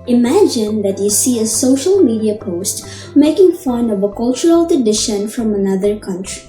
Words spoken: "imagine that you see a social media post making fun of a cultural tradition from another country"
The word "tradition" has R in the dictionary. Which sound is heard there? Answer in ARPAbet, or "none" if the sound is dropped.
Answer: none